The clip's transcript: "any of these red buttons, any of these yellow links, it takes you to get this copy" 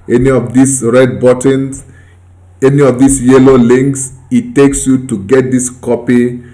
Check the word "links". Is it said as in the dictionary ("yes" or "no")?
yes